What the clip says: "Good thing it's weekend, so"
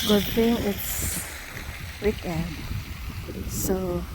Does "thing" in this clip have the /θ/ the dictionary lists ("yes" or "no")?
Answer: no